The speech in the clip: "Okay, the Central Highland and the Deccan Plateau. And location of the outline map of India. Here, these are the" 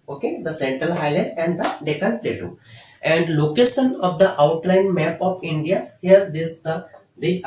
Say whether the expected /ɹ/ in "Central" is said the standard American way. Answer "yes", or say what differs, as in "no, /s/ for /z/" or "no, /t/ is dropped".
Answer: yes